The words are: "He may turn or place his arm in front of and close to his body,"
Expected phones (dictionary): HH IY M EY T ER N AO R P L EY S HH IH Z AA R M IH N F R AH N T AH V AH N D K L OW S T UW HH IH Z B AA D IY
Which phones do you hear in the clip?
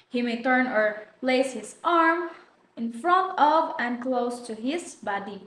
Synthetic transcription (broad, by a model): HH IY M EY T ER N AO R P L EY S HH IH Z AA R M IH N F R AH N T AH V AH N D K L OW S T UW HH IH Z B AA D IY